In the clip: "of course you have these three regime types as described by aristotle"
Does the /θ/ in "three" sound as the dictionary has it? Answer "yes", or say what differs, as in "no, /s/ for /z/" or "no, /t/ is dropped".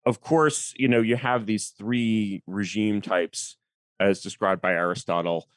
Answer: yes